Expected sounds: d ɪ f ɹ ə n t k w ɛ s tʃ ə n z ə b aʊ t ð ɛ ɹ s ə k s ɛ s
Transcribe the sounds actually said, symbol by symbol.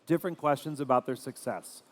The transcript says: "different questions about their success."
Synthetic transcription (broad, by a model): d ɪ f ɹ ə n k w ɛ s tʃ ə n z ə b aʊ t ð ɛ ɹ s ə k s ɛ s